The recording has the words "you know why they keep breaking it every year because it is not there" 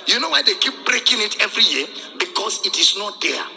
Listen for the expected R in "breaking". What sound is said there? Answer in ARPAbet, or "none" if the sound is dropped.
R